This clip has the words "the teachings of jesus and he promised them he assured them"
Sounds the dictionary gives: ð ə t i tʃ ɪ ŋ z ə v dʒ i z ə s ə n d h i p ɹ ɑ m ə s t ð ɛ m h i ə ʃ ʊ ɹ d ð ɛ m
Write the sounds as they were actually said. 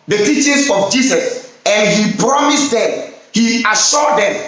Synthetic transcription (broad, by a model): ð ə t i tʃ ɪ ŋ s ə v dʒ i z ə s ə n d h i p ɹ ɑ m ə s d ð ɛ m h i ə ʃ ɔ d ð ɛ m